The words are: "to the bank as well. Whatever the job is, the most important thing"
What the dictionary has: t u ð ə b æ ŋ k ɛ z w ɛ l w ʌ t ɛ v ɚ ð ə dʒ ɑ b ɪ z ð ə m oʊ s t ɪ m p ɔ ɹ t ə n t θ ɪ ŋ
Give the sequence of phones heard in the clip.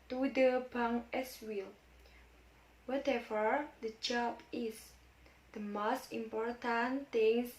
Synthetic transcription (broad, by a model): t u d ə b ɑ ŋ ɛ s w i l w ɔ t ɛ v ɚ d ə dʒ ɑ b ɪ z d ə m oʊ s t ɪ m p ɔ ɹ t ə n t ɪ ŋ